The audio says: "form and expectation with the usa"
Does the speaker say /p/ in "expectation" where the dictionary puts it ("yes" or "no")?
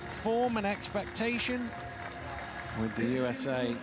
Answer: yes